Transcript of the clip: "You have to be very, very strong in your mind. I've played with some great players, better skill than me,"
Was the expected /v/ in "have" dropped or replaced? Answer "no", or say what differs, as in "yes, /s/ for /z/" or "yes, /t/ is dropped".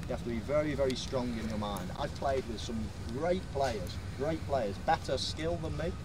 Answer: yes, /f/ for /v/